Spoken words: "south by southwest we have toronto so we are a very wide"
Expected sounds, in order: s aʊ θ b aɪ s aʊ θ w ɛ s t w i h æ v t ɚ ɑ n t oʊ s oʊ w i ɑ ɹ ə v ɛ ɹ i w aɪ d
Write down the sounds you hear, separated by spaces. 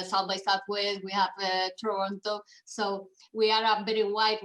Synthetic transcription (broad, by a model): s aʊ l b aɪ s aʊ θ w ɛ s w i h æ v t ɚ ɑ n t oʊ s oʊ w i ɑ ɹ ə b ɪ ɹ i w aɪ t